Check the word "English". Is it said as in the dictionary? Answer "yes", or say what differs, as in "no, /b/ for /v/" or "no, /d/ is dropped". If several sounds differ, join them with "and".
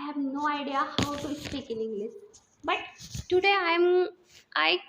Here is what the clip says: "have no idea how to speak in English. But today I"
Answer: no, /s/ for /ʃ/